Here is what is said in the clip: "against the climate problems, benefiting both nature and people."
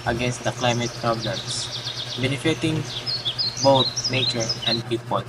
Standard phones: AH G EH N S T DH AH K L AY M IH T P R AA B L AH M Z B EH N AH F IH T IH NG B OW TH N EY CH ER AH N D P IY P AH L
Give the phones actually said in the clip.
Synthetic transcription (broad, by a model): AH G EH N S T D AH K L AY M IH T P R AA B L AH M S B EH N AH F IH T IH NG B OW T N EY CH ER AH N D P IY P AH L